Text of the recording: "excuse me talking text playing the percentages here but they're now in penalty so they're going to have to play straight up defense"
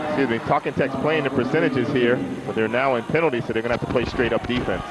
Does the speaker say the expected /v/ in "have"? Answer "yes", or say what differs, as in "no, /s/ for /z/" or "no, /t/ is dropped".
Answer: no, /f/ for /v/